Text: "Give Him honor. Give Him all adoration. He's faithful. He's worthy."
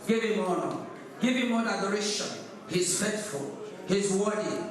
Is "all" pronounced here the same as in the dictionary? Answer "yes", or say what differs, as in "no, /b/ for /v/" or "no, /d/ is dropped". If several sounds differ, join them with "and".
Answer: no, /n/ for /l/